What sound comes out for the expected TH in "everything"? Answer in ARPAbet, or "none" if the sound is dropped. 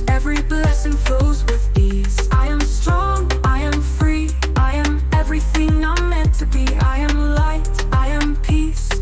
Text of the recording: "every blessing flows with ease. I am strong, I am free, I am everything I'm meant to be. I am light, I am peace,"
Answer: TH